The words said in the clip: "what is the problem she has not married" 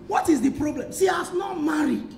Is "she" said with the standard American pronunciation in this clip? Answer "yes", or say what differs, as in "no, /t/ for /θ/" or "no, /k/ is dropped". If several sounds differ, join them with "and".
no, /s/ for /ʃ/